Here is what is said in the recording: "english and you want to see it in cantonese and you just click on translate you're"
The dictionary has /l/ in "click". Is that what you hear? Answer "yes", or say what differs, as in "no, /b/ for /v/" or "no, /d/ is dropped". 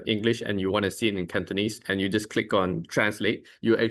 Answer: yes